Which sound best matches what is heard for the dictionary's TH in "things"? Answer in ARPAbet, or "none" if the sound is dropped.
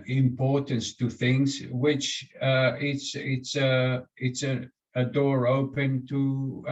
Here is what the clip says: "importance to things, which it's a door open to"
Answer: TH